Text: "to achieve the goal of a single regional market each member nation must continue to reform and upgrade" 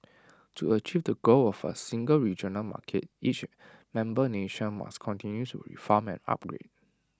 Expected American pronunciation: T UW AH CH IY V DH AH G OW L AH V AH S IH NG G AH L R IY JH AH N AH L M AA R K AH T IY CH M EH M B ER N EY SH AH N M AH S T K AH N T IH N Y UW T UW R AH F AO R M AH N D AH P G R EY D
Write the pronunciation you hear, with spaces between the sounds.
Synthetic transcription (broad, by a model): T UW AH CH IY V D AH G OW L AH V AH S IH NG G AH L R IY JH AH N AH L M AA K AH T IY CH M EH M B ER N EY SH AH N M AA S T K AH N T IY N Y UW T UW R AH F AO M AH N AH P G R EY D